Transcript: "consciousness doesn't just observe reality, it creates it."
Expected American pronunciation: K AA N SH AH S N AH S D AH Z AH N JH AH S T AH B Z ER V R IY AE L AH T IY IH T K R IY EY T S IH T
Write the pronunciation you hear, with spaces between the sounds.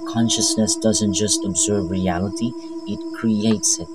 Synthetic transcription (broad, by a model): K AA N SH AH S N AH S D AH Z AH N JH AH S T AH B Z ER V R IY AE L AH T IY IH T K R IY EY T S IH T